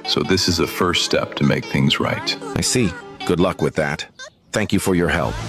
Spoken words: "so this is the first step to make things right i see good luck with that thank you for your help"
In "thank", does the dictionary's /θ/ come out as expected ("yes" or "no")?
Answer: yes